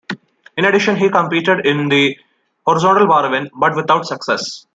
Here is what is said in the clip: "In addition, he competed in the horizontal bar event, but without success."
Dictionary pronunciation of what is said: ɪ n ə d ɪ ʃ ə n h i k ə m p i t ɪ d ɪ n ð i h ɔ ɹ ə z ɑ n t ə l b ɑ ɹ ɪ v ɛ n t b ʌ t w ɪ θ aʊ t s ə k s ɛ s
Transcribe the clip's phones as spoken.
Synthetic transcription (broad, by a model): ɪ n ə d ɪ ʃ ə n h i k ə m p i t ɪ d ɪ n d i h ɔ ɹ ə z ɑ n t ə l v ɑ ɹ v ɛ n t b ʌ t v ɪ t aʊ t s ə k s ɛ s